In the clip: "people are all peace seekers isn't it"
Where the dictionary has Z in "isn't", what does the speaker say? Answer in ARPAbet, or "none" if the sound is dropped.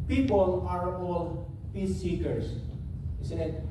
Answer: S